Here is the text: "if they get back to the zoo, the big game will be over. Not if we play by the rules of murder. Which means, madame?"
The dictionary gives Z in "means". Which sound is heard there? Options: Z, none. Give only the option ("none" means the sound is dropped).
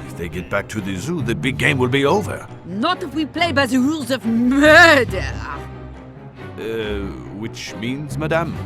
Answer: Z